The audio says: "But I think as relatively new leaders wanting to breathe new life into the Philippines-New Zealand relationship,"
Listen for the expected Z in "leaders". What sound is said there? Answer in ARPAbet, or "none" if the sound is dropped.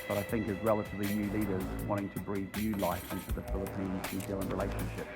Z